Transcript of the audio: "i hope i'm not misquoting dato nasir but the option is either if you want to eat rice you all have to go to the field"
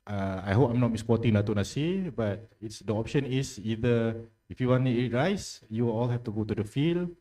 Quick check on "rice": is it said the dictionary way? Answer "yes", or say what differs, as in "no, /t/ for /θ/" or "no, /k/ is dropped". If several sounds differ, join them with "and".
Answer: yes